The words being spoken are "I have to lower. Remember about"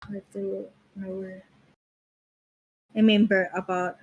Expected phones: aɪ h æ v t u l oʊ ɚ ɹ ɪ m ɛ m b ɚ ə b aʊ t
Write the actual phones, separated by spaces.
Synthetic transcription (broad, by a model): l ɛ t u n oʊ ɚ ɹ ɪ m ɛ m b ɚ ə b aʊ t